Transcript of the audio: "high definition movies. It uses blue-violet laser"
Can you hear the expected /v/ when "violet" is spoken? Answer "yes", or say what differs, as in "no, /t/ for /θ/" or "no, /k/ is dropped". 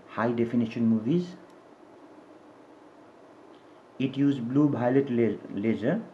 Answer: no, /b/ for /v/